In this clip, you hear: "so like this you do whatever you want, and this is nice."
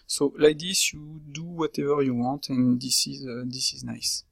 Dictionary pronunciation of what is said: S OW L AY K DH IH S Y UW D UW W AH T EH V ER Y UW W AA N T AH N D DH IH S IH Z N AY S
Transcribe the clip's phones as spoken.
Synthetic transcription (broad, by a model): S OW L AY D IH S Y UW D UW W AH T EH V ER Y UW W AA T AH N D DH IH S IH Z N AY S